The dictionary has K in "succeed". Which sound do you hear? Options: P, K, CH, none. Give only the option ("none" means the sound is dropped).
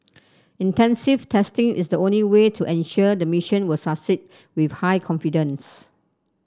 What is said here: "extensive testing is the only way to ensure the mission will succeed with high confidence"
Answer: none